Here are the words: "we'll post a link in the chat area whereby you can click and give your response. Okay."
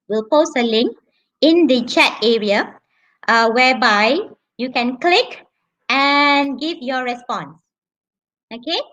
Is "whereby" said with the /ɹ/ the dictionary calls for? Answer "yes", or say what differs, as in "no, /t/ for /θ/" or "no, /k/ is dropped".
no, /w/ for /ɹ/